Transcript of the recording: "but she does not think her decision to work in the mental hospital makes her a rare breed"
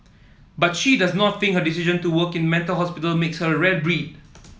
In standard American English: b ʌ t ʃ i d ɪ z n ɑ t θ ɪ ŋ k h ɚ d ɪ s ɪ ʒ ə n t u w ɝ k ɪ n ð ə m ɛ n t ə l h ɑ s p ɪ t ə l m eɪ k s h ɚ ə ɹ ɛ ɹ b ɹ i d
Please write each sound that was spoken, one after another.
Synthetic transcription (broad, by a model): b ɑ t ʃ i d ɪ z n ɑ t f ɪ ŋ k h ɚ d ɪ s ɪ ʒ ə n t u w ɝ k ɪ n m ɛ n t ə l h ɑ s p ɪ t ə l m eɪ k s h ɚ ə ɹ ɛ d b ɹ i d